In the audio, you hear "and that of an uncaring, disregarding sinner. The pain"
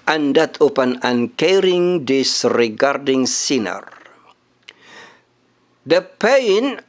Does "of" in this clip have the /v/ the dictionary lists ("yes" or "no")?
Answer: no